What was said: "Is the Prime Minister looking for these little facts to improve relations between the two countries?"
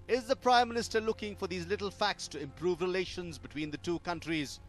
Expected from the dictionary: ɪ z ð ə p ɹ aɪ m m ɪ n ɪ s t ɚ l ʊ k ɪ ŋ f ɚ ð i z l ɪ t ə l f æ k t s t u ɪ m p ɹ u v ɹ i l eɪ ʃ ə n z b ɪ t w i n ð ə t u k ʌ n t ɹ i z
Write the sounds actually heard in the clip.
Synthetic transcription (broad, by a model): ɪ z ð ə p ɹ aɪ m m ɪ n ɪ s t ɚ l ʊ k ɪ ŋ f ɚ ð i z l ɪ t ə l f æ k t s t u ɪ m p ɹ u v ɹ i l eɪ ʃ ə n z b ɪ t w i n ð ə t u k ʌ n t ɹ i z